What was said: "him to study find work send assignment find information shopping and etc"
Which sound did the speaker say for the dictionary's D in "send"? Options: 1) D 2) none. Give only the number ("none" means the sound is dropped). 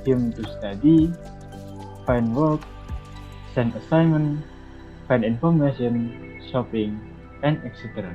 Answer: 2